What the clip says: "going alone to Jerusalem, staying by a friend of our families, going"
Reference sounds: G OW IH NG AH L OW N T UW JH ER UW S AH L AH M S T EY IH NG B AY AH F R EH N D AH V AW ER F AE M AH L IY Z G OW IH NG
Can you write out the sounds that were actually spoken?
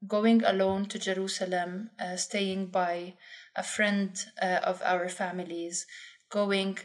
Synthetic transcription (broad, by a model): G OW IH NG AH L OW N T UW JH ER UW S AH L AH M S T EY IH NG B AY AH F R EH N D AH V AW ER F AE M AH L IY Z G OW IH NG